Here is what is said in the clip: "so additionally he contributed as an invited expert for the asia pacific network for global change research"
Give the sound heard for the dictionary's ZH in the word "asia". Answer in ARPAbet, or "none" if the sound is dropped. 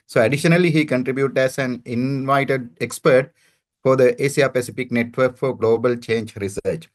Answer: S